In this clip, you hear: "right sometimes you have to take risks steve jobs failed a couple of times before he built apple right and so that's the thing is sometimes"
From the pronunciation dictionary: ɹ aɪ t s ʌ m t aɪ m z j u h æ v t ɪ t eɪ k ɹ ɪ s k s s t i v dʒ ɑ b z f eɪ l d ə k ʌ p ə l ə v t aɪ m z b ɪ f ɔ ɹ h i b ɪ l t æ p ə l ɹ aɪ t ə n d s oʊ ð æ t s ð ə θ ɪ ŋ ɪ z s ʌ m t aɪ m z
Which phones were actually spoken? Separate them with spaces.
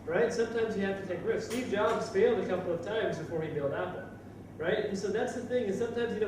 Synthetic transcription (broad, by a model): ɹ aɪ t s ʌ m t aɪ m z j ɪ h æ f t ɪ t eɪ k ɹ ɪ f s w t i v dʒ ɑ b z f eɪ l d ə k ʌ p l ə v t aɪ m z b ɪ f ɔ ɹ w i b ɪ l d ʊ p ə ɹ aɪ t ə n s oʊ ð æ t s ð ə θ ɪ ŋ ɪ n s ʌ m t aɪ m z